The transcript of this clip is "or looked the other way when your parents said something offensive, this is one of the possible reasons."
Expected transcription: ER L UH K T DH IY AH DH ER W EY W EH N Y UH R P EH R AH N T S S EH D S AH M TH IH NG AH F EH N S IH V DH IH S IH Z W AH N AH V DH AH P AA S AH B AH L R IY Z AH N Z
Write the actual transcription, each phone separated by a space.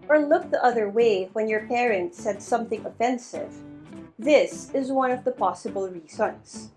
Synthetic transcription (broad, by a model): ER L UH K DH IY AH DH ER W EY W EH N Y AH R P EH R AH N T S S EH D S AH M TH IH NG AH F EH N S IH V DH IH S IH Z W AH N AH V DH AH P AA S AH B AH L R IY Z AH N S